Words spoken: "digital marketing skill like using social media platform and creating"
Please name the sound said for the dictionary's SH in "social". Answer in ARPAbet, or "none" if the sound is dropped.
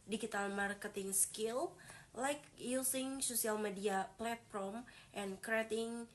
S